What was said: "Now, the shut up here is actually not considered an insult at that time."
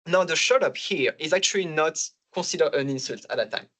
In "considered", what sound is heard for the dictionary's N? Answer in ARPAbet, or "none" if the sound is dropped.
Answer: none